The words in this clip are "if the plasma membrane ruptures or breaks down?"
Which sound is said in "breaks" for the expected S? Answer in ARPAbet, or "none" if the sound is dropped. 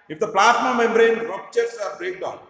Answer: none